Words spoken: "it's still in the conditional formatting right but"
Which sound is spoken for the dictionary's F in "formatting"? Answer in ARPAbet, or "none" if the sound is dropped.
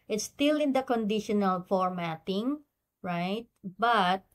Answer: F